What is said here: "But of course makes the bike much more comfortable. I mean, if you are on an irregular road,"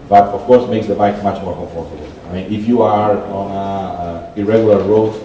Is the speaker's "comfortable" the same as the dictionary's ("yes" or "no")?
no